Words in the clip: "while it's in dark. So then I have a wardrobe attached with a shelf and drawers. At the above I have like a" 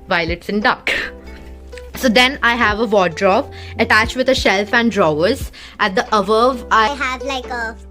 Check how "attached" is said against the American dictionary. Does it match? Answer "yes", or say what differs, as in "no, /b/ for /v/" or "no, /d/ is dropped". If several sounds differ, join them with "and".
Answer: yes